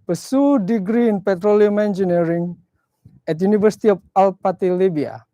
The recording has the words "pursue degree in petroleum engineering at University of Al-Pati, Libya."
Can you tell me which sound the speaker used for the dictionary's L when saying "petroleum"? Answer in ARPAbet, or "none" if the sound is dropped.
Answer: L